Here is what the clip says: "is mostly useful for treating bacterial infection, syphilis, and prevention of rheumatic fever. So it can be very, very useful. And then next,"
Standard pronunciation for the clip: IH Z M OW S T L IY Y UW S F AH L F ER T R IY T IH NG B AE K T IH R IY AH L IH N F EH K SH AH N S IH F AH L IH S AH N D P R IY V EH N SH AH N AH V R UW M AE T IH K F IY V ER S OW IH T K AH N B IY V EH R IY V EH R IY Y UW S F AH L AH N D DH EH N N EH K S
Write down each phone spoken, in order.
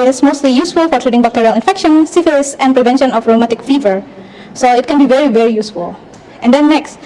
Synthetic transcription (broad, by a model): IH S M OW S T L IY Y UW S F AH L F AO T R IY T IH NG B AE K T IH R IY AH L IH N F EH K SH AH N S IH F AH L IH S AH N P R IY V EH N SH AH N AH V R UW M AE T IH K F IY V ER S OW IH T K AH N B IY V EH R IY V EH R IY Y UW S F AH L AH N D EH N N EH K S